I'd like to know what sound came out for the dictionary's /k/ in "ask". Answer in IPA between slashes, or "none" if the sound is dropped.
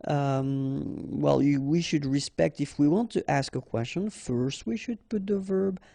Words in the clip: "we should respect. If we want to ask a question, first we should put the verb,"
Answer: /k/